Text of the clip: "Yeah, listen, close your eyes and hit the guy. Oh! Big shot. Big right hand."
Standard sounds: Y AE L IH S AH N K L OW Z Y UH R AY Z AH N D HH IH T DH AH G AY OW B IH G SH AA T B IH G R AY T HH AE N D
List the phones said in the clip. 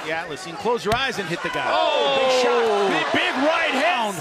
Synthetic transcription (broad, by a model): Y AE L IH S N K L OW Z Y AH R AY Z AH N HH IH T DH AH G AY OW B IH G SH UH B B IH G R AY T HH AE N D